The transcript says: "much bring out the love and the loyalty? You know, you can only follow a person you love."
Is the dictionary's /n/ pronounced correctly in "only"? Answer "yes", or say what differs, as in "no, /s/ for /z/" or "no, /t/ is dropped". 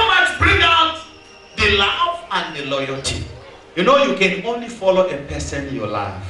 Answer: yes